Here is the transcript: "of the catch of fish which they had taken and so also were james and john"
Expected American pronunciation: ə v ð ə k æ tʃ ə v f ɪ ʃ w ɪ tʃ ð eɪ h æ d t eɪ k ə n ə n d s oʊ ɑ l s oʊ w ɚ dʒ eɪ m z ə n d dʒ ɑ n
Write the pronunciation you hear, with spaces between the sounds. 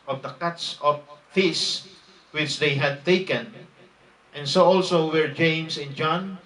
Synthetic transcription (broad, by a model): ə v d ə k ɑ s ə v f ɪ s w ɪ tʃ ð eɪ h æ d t eɪ k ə n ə n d s oʊ ɑ l s oʊ w ɚ dʒ eɪ m s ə n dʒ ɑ n